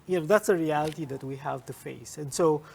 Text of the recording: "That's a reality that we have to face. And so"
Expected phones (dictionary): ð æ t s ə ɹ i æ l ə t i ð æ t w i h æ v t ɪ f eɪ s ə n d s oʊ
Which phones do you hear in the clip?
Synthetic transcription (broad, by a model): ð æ t s ə ɹ i æ l ə t i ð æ t w i h æ v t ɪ f eɪ s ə n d s oʊ